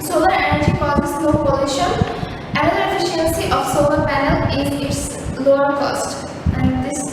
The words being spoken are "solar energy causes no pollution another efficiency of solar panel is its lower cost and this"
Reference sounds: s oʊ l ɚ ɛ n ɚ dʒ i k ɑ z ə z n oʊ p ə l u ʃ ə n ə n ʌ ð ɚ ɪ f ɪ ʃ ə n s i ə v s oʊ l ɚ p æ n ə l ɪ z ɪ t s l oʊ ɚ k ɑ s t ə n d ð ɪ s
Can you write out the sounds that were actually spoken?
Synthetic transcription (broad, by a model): s oʊ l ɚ ɛ n ɚ dʒ i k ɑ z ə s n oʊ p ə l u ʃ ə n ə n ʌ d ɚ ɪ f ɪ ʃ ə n s i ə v s oʊ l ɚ p æ n ə l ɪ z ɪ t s l oʊ ɚ k ɑ s t ə n d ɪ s